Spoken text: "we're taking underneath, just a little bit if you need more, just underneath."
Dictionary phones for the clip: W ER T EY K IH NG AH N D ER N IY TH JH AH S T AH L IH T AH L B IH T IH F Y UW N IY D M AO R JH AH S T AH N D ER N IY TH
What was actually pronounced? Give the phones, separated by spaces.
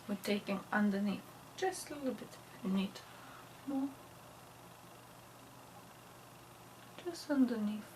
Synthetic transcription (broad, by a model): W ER T EY K IH NG AH N D ER N IY TH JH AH S T AH L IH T L B IH T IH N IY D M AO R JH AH S T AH N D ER N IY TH